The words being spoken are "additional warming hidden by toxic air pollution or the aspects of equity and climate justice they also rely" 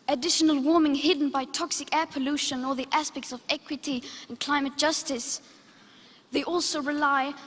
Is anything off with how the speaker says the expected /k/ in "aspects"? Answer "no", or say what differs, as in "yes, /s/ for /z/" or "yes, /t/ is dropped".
no